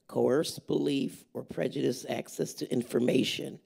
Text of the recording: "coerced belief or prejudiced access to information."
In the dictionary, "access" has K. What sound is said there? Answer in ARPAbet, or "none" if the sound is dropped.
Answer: K